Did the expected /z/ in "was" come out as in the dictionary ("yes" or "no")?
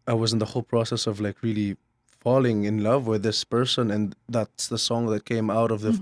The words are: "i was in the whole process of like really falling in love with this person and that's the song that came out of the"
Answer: yes